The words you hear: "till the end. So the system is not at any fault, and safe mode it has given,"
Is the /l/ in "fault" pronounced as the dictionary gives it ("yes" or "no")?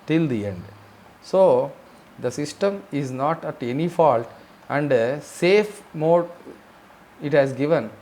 yes